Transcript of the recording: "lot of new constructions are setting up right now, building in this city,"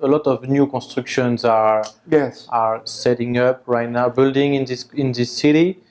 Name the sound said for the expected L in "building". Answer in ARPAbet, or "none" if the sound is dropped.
L